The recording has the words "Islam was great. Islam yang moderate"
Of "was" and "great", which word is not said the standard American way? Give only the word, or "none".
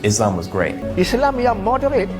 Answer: none